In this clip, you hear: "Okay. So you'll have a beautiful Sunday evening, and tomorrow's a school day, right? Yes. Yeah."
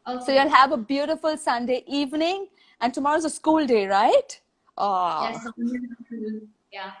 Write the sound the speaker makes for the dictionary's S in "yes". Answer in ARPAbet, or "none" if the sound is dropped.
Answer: none